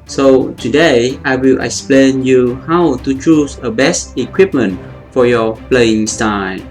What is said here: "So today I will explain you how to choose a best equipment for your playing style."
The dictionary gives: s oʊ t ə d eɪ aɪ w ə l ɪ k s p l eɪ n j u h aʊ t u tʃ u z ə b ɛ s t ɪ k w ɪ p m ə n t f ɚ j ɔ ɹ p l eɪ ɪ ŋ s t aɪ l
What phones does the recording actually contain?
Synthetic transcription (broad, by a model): s oʊ t ə d eɪ aɪ w ə l ɪ k s p l eɪ n j u h aʊ t u tʃ u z ə b ɛ s t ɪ k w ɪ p m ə n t f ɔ j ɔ p l eɪ ɪ ŋ s t aɪ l